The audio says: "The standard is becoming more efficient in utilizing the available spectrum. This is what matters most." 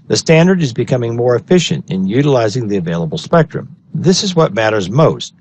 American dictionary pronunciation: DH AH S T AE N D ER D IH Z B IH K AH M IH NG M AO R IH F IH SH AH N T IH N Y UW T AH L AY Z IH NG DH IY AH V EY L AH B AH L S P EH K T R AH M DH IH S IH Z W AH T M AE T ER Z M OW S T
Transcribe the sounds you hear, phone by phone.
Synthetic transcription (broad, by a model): DH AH S T AE N D ER D IH Z B IH K AH M IH NG M AO R IH F IH SH AH N T IH N Y UW T AH L AY Z IH NG DH IY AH V EY L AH B L S P EH K T R AH M DH IH S IH Z W AH T M AE T ER Z M OW S T